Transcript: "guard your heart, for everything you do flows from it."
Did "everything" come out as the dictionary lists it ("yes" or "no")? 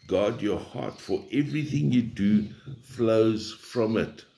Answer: yes